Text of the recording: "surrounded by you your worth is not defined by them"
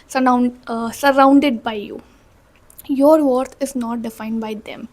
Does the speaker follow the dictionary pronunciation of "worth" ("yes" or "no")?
no